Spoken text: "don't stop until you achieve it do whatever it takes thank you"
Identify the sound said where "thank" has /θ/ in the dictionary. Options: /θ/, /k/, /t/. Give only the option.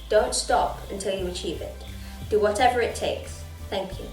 /θ/